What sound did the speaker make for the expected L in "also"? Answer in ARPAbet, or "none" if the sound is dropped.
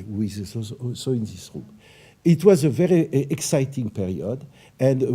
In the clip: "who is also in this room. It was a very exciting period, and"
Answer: none